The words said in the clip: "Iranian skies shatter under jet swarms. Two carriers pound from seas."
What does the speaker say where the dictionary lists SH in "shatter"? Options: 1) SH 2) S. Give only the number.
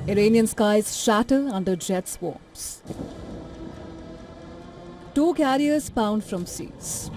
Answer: 1